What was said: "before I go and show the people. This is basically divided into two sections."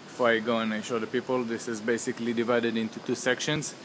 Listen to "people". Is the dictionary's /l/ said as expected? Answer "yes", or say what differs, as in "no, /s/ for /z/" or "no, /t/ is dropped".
yes